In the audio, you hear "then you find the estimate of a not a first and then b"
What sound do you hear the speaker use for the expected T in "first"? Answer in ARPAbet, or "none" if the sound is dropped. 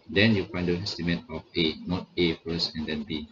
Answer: none